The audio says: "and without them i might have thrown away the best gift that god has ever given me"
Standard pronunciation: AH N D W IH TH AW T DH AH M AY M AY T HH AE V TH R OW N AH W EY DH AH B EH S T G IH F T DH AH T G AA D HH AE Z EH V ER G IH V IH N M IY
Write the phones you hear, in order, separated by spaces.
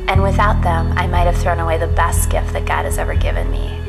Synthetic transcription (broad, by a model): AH N W IH TH AW T DH AH M AY M AY T HH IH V TH R OW N AH W EY DH AH B EH S T G IH F T DH AH T G AA D HH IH Z EH V ER G IH V IH N M IY